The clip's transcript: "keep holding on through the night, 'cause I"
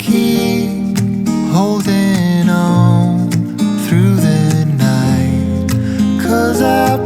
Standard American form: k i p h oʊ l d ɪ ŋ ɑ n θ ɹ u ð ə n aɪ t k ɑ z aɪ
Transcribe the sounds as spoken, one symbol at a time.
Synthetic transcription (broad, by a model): k i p h oʊ l d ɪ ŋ ɑ n θ ɹ u ð ə n aɪ t k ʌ z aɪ